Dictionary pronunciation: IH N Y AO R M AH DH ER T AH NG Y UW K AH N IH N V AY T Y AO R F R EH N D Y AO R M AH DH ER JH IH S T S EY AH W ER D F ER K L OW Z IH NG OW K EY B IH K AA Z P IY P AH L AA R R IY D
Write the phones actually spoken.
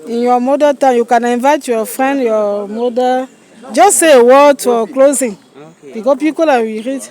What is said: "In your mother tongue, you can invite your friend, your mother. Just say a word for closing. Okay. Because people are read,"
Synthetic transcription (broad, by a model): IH N Y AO M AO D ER T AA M Y UW K AH N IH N V AY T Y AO F R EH N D Y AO M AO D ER JH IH S S EY AH W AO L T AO K L OW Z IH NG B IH K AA P IY P AH L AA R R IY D